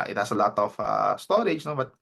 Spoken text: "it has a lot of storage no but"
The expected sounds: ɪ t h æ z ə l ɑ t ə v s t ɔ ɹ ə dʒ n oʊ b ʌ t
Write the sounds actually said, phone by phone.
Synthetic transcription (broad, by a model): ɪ t h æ s ə l ɑ t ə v s t ɔ ɹ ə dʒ n oʊ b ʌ t